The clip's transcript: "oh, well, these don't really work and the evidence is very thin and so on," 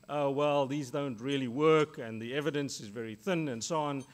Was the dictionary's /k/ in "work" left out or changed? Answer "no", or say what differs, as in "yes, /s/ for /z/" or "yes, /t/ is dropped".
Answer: no